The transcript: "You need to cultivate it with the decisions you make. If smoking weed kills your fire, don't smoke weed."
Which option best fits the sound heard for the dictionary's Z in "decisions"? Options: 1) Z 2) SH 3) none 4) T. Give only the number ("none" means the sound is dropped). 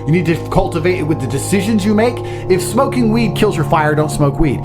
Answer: 1